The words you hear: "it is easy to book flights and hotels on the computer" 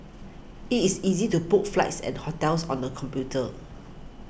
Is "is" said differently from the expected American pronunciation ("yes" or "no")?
yes